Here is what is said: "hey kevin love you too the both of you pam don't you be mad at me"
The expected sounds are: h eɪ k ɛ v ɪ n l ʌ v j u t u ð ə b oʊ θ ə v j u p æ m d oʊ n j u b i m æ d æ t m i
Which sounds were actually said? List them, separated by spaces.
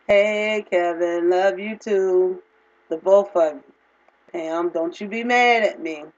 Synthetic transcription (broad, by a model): h eɪ k ɛ v ɪ n l ʌ v j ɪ t u ð ə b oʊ f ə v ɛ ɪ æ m d oʊ n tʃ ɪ b i m æ d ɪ t m i